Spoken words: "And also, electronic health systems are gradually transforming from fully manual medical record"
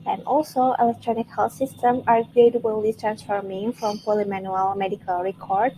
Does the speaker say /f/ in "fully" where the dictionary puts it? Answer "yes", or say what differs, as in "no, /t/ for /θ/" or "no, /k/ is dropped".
no, /p/ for /f/